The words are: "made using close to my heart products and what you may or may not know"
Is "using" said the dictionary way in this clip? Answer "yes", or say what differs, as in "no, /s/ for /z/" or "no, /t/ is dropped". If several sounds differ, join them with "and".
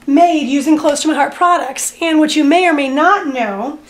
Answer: yes